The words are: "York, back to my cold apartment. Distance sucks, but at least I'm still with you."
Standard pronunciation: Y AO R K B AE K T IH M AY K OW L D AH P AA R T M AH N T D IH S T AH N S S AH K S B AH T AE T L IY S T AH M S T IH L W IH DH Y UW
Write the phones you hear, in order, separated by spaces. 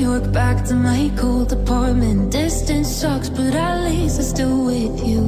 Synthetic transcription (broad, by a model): Y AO R K B AE K T IH M AY K OW L D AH P AA R T M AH N D IH S T AH N S SH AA K S B AH T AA L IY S AH S T IH L W IH DH Y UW